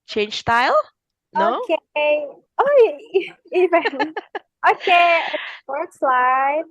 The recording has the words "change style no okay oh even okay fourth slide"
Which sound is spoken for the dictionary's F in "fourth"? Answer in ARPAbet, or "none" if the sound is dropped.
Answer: P